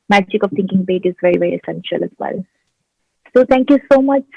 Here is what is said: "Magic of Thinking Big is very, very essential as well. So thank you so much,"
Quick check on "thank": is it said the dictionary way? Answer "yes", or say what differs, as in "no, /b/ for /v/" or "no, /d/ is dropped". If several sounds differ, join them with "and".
no, /t/ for /θ/